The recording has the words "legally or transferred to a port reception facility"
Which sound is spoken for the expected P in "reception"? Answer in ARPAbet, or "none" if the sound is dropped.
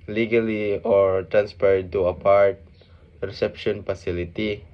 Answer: P